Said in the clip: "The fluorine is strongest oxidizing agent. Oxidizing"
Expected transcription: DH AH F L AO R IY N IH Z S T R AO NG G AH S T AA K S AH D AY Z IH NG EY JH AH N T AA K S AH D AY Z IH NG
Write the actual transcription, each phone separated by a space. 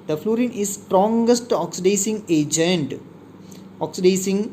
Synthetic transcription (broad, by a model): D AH F L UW R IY N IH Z S T R AO NG G AH S T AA K S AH D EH S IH NG EY JH AH N T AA K S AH D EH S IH NG